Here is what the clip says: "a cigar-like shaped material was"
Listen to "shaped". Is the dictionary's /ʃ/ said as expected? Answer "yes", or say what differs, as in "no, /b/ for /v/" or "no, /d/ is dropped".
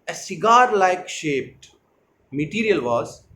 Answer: yes